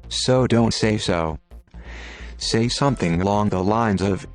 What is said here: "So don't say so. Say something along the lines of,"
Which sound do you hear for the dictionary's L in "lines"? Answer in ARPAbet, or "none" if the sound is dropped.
L